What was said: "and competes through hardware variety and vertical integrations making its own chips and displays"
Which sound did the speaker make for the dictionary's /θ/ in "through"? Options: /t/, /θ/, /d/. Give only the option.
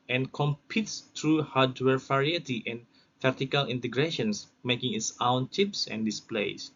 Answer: /t/